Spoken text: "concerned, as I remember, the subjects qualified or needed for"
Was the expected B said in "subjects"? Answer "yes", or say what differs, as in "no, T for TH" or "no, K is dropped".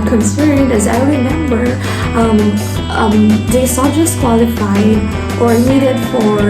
no, B is dropped